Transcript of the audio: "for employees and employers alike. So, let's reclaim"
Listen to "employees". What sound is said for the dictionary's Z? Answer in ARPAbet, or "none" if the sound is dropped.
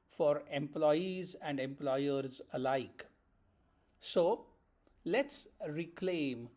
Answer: Z